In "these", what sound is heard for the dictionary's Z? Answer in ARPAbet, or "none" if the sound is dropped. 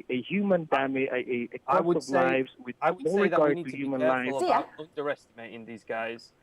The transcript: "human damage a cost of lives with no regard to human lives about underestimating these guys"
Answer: Z